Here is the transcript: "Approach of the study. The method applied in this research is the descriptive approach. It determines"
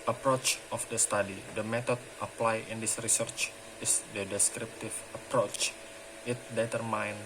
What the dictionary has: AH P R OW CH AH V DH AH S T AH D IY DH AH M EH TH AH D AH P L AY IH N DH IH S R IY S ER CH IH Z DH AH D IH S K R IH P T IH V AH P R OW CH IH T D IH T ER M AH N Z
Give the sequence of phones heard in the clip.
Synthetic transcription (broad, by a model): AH P R OW CH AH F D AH S T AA D IY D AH M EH T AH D AH P L AY IH N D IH S R IY S ER CH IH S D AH D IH S K R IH P T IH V AH P R OW CH IH T D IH T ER M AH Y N